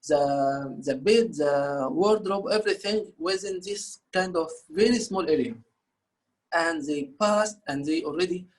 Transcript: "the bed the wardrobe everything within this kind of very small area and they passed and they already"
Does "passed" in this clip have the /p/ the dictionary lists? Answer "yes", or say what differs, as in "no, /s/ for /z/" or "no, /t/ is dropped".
yes